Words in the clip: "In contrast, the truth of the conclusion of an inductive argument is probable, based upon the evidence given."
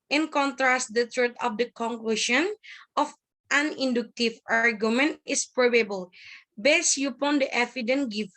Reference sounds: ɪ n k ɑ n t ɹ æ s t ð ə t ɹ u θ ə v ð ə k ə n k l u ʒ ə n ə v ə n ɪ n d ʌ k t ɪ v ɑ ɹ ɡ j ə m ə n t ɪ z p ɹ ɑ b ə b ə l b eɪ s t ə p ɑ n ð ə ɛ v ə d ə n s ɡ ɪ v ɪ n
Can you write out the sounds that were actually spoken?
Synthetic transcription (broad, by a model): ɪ n k ɑ n t ɹ æ s t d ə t ɹ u t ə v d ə k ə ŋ k l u ʃ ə n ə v ə n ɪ n d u k t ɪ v ɑ ɹ ɡ j ə m ə n t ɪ s p ɹ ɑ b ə b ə l b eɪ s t ə p ɑ n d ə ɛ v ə d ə n ɡ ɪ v